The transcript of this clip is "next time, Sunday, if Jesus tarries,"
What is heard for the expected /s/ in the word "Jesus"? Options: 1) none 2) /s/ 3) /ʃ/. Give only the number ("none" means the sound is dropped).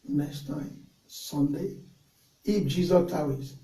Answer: 1